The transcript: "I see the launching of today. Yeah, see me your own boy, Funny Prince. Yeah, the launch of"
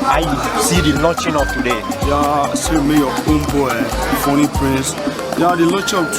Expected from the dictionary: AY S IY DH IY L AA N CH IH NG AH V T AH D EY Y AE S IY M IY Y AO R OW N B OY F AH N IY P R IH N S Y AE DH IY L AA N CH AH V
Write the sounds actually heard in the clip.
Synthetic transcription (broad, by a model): AY S IY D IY L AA CH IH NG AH F T AH D EY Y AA S IY M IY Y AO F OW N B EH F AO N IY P R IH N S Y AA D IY L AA CH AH